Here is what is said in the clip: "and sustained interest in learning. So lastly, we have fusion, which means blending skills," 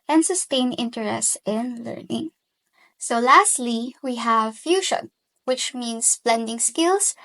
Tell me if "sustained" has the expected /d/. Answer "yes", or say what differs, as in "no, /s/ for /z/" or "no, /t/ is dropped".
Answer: no, /d/ is dropped